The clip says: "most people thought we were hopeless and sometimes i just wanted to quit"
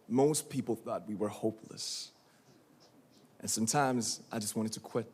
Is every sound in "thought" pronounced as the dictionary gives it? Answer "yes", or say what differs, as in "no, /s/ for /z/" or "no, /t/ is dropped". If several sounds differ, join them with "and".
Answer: yes